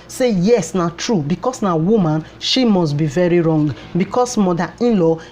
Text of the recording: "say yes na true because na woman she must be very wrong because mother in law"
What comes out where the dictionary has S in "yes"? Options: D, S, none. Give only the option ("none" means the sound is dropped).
S